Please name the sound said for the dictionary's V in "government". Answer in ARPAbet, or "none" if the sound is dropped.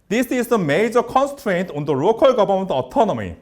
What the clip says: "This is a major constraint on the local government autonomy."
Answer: B